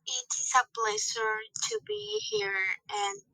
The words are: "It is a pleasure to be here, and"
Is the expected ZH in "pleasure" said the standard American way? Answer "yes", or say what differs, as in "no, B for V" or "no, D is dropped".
no, S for ZH